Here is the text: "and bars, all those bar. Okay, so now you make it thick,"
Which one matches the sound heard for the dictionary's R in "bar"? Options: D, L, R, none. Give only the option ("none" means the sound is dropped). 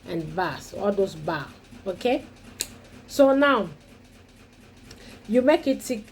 L